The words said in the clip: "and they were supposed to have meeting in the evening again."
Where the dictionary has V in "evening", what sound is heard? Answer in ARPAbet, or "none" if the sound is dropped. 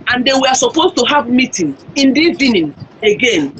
none